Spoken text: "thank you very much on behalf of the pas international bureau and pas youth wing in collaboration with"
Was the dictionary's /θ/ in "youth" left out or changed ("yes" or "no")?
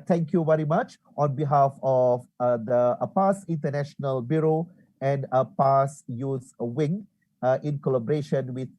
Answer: yes